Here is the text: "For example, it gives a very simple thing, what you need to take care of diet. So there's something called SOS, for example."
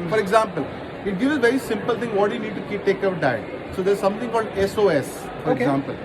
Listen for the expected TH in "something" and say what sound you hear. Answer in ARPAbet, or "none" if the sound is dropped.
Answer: T